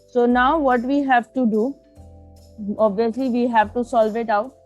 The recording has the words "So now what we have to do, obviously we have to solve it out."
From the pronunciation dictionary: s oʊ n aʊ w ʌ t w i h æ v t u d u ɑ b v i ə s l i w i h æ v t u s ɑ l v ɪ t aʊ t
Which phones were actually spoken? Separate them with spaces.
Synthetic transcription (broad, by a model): s oʊ n aʊ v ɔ t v i h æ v t u d u ɑ b v i ə s l i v i h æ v t u s ɑ l v ɪ t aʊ t